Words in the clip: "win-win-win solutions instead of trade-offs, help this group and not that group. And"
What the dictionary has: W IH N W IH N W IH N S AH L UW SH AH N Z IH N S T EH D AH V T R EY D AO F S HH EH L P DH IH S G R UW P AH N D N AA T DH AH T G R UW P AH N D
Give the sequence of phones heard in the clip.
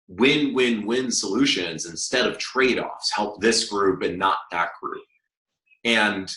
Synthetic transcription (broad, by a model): W IH N W IH N W IH N S AH L UW SH AH N Z IH N S T EH D AH V T R EY D AO F S HH EH L P DH IH S G R UW P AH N N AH T DH AH T G R UW P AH N